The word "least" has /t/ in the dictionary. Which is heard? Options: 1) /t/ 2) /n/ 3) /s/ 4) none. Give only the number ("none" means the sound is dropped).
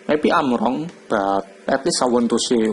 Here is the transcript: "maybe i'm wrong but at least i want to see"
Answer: 4